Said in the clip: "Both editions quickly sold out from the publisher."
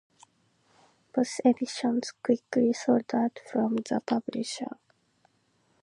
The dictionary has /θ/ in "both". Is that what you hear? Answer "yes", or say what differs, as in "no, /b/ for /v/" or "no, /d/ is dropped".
no, /s/ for /θ/